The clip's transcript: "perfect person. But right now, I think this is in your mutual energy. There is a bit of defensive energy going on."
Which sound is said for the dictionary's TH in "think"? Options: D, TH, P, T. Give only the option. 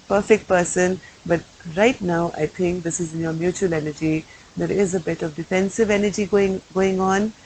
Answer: T